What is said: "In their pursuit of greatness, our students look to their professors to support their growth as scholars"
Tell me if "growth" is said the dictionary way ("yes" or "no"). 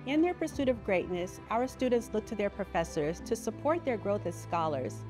yes